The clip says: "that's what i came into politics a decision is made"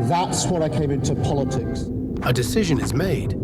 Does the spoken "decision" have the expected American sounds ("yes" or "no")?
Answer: yes